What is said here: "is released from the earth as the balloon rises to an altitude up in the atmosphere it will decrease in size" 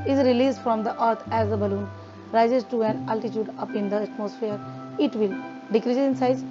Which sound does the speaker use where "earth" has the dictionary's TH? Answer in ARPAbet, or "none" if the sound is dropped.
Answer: T